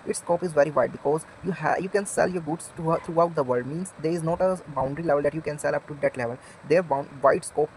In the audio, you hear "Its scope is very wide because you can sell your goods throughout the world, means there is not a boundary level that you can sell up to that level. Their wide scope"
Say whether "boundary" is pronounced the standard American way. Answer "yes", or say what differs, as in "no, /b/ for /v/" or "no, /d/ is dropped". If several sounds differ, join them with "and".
yes